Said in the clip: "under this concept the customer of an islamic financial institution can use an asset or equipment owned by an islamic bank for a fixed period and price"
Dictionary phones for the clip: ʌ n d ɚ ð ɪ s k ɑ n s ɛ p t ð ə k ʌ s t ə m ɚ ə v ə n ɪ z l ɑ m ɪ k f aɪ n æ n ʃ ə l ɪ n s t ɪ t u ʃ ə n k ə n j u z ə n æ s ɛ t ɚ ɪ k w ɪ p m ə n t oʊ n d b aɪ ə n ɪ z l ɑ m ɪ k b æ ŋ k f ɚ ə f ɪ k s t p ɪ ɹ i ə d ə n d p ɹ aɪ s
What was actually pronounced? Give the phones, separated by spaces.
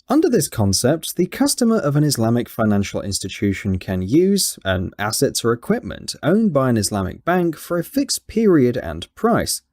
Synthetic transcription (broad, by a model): ʌ n d ɚ ð ɪ s k ɑ n s ɛ p t ð ə k ʌ s t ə m ɚ ə v ə n ɪ z l ɑ m ɪ k f aɪ n æ n ʃ ə l ɪ n s t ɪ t u ʃ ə n k ə n j u z ə n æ s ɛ t ɚ ɪ k w ɪ p m ə n t oʊ n b aɪ ə n ɪ z l ɑ m ɪ k b æ ŋ k f ɚ ə f ɪ k s p ɪ ɹ i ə d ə n p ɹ aɪ s